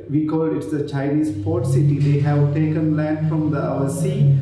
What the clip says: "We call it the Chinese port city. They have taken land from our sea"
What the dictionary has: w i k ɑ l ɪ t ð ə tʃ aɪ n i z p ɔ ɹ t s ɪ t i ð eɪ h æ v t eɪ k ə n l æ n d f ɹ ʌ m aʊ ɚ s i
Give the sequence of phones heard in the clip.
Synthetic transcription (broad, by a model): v i k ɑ l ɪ t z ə tʃ aɪ n i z p ɔ ɹ t s ɪ t i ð eɪ h æ v t eɪ k ə n l æ n d f ɹ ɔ m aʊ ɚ s i